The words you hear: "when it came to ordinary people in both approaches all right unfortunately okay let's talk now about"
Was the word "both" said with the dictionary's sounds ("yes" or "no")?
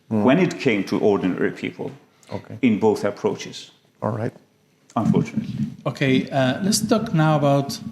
yes